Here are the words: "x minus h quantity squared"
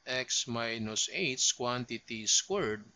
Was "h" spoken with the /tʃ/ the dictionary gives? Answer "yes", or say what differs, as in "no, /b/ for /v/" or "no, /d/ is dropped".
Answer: no, /s/ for /tʃ/